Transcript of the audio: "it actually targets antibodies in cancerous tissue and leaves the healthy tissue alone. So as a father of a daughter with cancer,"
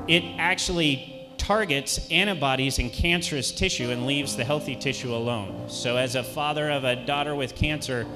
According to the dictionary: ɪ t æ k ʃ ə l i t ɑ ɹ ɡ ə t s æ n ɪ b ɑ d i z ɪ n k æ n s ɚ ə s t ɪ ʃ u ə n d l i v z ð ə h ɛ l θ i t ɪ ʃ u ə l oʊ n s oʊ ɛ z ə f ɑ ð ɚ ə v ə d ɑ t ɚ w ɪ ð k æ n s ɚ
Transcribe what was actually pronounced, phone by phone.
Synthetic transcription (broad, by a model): ɪ t æ k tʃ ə l i t ɑ ɹ ɡ ə t s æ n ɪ b ɑ d i z ɪ n k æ n s ɚ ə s t ɪ ʃ u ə n l i v z ð ə h ɛ l θ i t ɪ ʃ u ə l oʊ n s oʊ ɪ z ə f ɑ ð ɚ ə v ə d ɑ t ɚ w ɪ ð k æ n s ɚ